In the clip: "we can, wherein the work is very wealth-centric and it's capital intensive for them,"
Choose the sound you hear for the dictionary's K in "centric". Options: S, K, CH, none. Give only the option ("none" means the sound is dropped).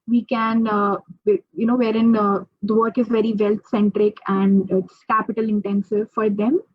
K